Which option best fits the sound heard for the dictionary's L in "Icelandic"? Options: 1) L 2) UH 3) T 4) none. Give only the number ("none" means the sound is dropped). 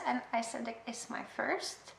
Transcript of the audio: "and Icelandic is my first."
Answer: 4